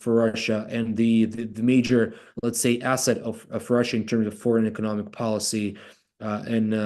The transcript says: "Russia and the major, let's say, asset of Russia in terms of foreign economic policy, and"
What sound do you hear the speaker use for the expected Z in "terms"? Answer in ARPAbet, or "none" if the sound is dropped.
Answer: Z